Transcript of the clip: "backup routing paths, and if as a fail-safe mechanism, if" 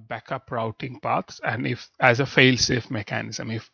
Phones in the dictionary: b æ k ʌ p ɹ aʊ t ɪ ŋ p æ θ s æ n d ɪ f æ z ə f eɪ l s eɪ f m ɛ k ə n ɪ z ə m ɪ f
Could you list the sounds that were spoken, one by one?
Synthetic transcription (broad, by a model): b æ k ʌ p ɹ aʊ t ɪ ŋ p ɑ t s æ n d ɪ f æ z ə f eɪ l s eɪ f m ɛ k ə n ɪ z ə m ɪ f